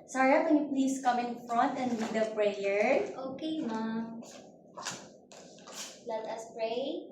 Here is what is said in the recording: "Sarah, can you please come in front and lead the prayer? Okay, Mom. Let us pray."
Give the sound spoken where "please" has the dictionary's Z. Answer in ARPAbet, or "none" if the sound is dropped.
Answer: S